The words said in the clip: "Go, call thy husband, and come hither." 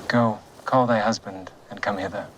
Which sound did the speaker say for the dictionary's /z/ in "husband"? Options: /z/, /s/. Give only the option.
/z/